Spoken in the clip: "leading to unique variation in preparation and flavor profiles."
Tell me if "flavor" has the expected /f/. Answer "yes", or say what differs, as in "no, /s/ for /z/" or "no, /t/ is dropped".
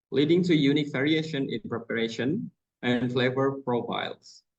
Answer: yes